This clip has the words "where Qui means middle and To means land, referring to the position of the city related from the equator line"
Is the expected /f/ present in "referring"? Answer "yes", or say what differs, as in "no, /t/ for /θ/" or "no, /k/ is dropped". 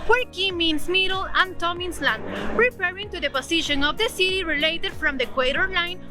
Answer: no, /p/ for /f/